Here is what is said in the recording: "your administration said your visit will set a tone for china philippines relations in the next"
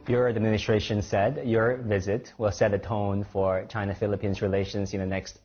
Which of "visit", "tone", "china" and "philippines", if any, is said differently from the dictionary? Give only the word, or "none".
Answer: none